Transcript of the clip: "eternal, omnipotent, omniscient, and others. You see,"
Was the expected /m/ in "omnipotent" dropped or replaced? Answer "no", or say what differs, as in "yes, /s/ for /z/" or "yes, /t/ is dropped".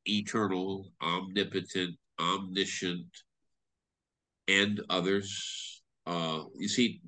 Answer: no